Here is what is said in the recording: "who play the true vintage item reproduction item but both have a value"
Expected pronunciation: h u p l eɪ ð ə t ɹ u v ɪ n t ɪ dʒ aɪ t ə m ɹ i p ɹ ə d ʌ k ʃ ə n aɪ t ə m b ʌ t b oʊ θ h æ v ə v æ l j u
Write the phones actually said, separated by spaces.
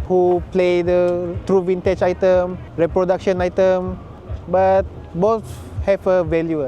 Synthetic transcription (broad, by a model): h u p l eɪ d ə t ɹ u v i n t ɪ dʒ aɪ t ə m ɹ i p ɹ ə d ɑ k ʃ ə n aɪ t ə m b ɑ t b oʊ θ h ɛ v ə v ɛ l j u